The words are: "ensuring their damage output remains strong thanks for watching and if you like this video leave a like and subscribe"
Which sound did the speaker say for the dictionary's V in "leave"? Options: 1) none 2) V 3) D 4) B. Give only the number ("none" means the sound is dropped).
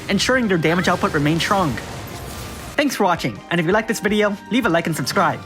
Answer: 2